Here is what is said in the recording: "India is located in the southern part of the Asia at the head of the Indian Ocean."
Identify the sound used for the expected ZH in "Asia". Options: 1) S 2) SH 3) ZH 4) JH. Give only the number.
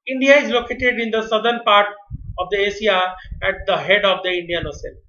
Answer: 1